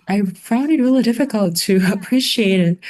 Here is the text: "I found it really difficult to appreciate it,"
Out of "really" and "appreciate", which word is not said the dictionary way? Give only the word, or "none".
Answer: none